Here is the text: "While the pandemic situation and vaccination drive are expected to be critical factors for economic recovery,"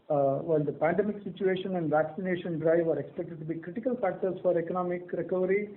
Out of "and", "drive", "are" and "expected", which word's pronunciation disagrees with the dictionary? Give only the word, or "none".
none